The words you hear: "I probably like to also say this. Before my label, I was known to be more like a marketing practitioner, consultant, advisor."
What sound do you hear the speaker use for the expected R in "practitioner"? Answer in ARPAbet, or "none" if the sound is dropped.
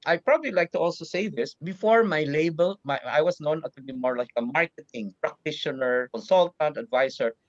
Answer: R